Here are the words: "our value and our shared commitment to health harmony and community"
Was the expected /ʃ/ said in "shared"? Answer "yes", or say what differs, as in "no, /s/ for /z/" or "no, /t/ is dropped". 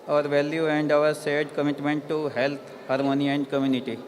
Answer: no, /s/ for /ʃ/